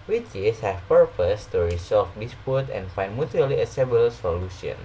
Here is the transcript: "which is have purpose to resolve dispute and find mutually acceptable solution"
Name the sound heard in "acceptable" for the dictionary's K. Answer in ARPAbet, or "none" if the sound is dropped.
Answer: none